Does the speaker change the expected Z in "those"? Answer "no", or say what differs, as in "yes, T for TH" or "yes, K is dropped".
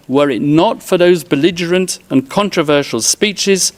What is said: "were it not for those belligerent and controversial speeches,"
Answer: no